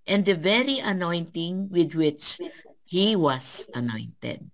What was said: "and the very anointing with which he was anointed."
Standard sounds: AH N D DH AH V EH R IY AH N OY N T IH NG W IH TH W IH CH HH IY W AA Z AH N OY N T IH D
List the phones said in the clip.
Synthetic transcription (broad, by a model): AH N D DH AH V EH R IY AH N OY N T IH NG W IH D W IH CH HH IY W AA S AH N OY N T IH D